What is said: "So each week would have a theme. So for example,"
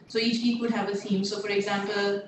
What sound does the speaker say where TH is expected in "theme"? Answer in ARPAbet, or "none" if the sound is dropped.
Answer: S